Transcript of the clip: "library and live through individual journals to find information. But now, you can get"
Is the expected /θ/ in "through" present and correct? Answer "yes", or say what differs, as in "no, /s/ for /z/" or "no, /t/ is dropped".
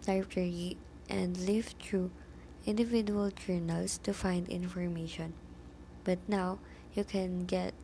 no, /t/ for /θ/